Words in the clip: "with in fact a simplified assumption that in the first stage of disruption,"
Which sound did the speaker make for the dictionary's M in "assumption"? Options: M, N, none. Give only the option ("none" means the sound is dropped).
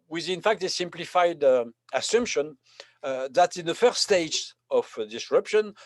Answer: M